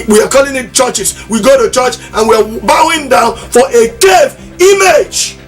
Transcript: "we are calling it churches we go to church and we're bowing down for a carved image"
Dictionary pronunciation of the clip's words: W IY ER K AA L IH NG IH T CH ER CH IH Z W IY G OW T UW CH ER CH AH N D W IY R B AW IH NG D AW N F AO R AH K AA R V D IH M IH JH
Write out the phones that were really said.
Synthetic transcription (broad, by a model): W IY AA K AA L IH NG IH T CH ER CH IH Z W IY G OW T UW CH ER CH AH N W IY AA B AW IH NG D AW N F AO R AH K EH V IY M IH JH